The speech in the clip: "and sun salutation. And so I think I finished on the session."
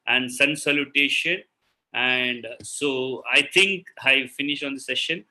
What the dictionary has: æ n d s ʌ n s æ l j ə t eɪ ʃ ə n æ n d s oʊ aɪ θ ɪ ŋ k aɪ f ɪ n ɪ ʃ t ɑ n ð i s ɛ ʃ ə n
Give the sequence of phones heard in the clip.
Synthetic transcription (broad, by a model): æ n d s ʌ n s æ l j ə t eɪ ʃ ə n æ n d s oʊ aɪ t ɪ ŋ k aɪ f ɪ n ɪ ʃ t ɑ n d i s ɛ ʃ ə n